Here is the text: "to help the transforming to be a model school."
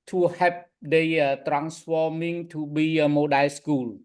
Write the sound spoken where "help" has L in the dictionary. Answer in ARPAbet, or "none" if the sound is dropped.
none